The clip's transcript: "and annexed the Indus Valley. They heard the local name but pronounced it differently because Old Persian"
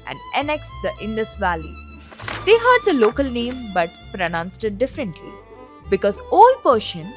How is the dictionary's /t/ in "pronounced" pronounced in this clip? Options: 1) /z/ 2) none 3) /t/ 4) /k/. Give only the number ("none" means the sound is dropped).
3